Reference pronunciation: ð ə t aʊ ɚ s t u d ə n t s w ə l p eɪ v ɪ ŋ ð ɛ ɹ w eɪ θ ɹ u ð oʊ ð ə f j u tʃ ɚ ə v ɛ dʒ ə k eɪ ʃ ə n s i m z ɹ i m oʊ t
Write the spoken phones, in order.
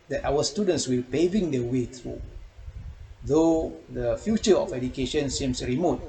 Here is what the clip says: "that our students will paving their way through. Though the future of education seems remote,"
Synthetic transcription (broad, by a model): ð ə t aʊ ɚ s t u d ə n t s w ə l p eɪ v ɪ ŋ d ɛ w eɪ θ ɹ u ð oʊ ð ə f j u tʃ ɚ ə f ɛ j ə k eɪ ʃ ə n s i m s ɹ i m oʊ t